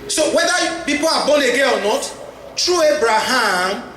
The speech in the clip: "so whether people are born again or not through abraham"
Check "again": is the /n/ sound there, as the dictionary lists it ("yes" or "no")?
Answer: no